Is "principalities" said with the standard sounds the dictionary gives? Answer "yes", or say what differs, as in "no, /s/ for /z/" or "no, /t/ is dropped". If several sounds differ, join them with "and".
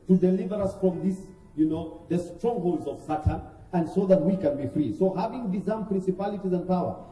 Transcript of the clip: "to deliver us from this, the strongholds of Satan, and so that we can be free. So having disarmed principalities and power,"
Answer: yes